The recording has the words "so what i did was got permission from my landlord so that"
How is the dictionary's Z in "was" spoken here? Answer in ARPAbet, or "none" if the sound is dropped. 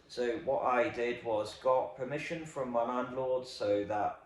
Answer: Z